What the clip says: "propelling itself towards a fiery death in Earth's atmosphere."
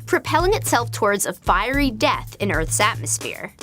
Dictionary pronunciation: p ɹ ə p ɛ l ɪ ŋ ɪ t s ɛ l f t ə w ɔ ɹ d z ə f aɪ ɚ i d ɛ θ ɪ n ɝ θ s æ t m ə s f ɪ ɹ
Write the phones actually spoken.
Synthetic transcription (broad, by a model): p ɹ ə p ɛ l ɪ ŋ ɪ t s ɛ l f t ə w ɔ ɹ d z ə f aɪ ɚ i d ɛ θ ɪ n ɝ θ s æ t m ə s f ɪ ɹ